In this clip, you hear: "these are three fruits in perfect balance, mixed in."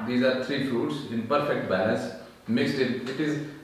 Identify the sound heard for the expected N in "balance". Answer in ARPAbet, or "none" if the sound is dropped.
none